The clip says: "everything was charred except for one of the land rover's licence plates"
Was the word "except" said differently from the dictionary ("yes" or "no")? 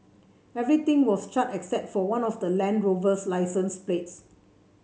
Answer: no